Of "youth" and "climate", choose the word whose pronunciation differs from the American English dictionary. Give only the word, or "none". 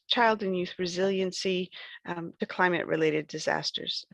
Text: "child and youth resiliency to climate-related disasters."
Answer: none